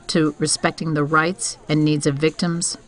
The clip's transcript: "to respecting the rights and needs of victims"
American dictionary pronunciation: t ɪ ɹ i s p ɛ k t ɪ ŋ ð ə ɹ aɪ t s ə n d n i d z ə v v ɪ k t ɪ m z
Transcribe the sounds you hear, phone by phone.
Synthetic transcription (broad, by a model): t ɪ ɹ i s p ɛ k t ɪ ŋ ð ə ɹ aɪ t s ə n n i d z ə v v ɪ k t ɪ m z